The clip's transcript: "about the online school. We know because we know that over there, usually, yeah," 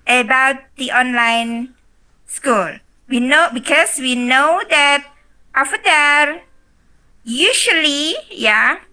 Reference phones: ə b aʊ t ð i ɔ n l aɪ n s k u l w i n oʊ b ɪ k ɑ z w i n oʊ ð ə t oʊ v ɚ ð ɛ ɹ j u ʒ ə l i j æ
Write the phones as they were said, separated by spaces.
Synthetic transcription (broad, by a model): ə b aʊ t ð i ɔ n l aɪ n s k u l w i n oʊ b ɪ k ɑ s w i n oʊ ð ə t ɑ f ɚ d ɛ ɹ j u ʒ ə l i j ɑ